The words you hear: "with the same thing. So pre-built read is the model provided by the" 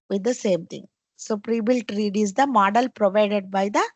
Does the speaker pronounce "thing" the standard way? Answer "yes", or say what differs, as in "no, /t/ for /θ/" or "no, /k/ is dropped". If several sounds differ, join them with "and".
no, /t/ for /θ/